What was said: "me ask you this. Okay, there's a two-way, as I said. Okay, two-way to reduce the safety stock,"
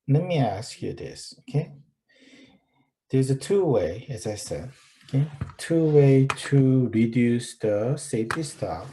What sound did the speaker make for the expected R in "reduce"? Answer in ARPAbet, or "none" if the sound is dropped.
R